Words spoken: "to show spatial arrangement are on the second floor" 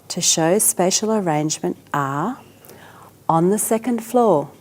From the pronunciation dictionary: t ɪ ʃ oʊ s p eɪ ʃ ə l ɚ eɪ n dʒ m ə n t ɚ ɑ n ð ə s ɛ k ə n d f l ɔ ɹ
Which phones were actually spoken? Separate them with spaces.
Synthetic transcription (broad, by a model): t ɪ ʃ oʊ s p eɪ ʃ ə l ɚ eɪ n dʒ m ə n t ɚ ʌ n ð ə s ɛ k ə n d f l ɔ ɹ